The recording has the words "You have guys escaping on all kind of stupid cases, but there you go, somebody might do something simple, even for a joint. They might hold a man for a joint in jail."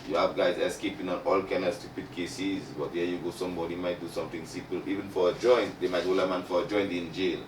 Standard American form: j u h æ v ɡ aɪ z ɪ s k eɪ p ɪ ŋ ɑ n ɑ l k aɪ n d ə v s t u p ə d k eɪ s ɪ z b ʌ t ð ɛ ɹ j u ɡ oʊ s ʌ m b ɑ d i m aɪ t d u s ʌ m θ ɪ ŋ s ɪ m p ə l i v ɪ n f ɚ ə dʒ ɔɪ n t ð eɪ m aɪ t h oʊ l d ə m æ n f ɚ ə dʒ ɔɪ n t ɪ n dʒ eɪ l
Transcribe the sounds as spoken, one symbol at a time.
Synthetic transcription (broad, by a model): j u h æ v ɡ aɪ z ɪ s k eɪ p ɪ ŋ ɑ n ɑ l k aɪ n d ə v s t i p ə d k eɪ s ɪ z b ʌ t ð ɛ j u ɡ oʊ s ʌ m b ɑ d i m aɪ t d u s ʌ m t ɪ ŋ s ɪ m p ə l i v ɪ n f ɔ ə dʒ ɔɪ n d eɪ m aɪ t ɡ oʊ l ə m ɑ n f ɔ ə dʒ ɔɪ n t ɪ n dʒ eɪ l